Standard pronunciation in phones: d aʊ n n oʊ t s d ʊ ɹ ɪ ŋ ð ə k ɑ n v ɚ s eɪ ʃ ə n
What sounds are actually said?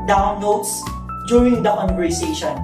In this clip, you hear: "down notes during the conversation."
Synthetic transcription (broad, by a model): d aʊ n l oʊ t s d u ɹ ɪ ŋ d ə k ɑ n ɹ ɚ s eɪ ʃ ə n